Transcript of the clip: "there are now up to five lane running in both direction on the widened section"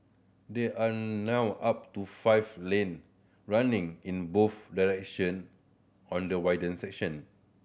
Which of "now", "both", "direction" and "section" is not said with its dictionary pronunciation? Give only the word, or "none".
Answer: both